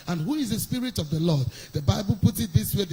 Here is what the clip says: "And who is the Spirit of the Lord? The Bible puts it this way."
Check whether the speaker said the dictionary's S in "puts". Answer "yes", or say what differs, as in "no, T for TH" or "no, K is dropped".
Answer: no, S is dropped